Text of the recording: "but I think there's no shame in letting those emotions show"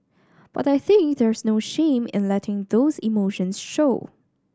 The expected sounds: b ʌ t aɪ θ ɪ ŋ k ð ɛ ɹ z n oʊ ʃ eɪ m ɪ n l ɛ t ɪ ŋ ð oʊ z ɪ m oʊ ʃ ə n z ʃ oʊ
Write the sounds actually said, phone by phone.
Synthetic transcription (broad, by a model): b ʌ t aɪ θ ɪ ŋ k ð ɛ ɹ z n oʊ ʃ eɪ m ɪ n l ɛ t ɪ ŋ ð oʊ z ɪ m oʊ ʃ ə n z ʃ oʊ